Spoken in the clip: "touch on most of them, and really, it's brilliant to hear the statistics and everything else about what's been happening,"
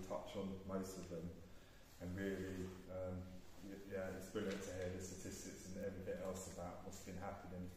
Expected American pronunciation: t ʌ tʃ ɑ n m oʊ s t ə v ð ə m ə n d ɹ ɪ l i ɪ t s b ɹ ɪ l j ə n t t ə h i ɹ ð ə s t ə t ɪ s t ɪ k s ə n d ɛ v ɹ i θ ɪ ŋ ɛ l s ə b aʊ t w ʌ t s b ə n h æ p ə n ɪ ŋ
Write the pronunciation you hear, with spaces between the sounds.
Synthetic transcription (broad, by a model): t ʌ tʃ n m oʊ s t ə v ð ə m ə n ɹ ɪ l i ɪ t s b ɹ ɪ l j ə n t t ə h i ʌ ð ə s t ə t ɪ s t ɪ k s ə n ɛ v ɹ i θ ɪ ŋ ɛ l s ə b aʊ t w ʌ t s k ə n h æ p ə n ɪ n